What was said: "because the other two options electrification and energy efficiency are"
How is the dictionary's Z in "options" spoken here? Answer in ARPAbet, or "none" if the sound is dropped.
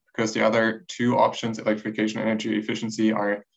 Z